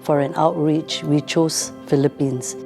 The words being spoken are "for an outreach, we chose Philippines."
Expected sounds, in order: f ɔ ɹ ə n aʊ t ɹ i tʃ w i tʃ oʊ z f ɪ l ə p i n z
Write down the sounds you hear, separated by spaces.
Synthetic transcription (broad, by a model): f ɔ ɹ ə n aʊ t ɹ i tʃ w i tʃ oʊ s f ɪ l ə p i n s